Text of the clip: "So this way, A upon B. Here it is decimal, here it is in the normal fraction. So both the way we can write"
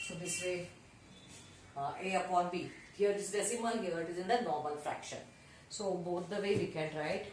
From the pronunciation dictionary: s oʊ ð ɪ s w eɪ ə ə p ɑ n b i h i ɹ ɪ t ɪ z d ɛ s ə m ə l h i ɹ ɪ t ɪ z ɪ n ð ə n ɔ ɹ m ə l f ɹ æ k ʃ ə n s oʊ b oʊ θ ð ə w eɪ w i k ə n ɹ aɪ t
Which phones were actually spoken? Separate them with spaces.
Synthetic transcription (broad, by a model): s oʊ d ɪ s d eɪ ə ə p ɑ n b i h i ɹ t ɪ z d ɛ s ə m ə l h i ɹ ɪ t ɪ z ɪ n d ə n ɔ ɹ m ə l f ɹ æ k ʃ ə n s oʊ b oʊ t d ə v eɪ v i k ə n ɹ aɪ t